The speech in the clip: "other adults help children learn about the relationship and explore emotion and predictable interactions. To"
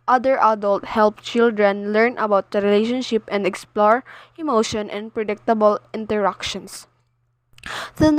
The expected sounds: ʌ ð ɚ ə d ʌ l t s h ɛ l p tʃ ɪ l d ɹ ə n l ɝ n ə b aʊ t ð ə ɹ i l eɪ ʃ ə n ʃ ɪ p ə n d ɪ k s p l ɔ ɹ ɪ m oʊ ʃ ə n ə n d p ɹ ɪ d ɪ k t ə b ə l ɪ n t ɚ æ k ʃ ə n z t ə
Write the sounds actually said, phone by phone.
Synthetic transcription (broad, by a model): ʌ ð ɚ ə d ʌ l t h ɛ l p tʃ ɪ l d ɹ ə n l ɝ n ə b aʊ t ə ɹ i l eɪ ʃ ə n ʃ ɪ p ə n d ɪ k s p l ɔ ɹ ɪ m oʊ ʃ ə n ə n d p ɹ ɪ d ɪ k t ə b ə l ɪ n t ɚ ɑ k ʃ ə n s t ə